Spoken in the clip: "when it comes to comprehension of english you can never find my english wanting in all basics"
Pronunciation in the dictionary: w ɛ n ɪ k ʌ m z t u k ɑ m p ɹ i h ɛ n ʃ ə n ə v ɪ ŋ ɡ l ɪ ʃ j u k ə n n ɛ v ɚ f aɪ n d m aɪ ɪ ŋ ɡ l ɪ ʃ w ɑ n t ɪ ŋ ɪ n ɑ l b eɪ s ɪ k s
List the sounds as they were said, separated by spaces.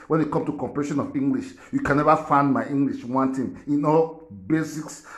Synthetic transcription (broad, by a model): w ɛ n ɪ k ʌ m t u k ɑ m p i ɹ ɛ ʃ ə n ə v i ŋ ɡ l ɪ ʃ j u k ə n n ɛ v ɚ f aɪ n d m aɪ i ŋ ɡ l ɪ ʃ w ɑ n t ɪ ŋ ɪ n ɑ l b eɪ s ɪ k s